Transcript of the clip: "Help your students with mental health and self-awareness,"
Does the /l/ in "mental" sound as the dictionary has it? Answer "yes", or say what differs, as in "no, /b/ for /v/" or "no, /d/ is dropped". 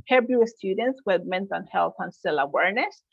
no, /n/ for /l/